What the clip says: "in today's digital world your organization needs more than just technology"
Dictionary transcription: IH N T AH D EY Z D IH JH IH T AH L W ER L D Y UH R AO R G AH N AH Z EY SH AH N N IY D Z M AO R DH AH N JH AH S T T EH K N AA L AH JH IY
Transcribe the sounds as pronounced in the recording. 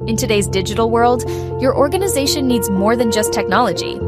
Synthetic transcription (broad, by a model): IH N T AH D EY Z D IH JH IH T L W ER L D Y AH R AO R G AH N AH Z EY SH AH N N IY D Z M AO R DH AH N JH AH S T T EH K N AA L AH JH IY